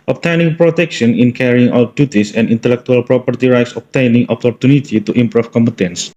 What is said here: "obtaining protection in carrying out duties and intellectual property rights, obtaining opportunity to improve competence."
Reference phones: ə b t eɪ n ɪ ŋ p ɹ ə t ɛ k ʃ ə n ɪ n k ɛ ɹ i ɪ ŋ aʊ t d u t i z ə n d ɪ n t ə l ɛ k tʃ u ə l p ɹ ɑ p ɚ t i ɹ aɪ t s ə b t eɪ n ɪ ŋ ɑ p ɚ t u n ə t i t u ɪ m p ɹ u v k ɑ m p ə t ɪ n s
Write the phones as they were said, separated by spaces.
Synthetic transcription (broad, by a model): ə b t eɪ n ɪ ŋ p ɹ ə t ɛ k ʃ ə n ɪ n k ɛ ɹ i ɪ ŋ aʊ t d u t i s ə n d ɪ n t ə l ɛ k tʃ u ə l p ɹ ɑ p ɚ t i ɹ aɪ t s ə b t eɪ n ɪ ŋ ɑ p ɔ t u n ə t i t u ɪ m p ɹ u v k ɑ m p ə t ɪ n s